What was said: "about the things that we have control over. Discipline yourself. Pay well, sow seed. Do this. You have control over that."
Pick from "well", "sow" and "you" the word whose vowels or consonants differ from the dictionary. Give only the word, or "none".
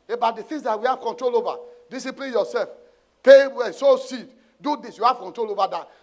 well